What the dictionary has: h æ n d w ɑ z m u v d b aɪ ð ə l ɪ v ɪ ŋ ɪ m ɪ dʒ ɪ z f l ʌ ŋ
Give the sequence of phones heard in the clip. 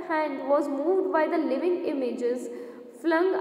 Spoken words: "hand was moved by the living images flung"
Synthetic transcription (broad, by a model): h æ n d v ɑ z m u v d b aɪ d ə l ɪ v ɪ ŋ ɪ m ɪ dʒ ɪ z f l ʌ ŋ